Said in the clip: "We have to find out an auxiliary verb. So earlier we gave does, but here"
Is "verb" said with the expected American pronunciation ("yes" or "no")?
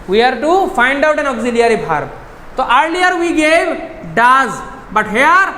no